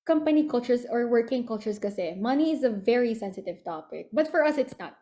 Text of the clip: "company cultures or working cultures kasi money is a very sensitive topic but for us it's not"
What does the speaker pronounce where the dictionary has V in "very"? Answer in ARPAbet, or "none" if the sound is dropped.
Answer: V